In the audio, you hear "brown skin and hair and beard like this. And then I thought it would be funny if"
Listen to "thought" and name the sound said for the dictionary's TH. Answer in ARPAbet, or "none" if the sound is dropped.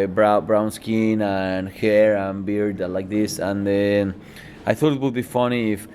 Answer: TH